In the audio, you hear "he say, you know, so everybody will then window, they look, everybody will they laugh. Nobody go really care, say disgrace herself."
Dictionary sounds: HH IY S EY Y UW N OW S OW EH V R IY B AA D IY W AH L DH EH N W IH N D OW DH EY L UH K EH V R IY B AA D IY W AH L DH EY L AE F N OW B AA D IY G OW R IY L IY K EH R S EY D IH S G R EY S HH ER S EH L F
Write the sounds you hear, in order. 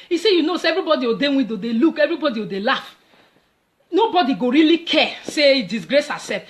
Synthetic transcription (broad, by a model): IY S EY Y UW N OW S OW EH V R IY B AA D IY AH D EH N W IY D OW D EY L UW K EH V R IY B AA D IY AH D EY L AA F N OW B AA D IY G OW R IY L IY K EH S EY D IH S G R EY S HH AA S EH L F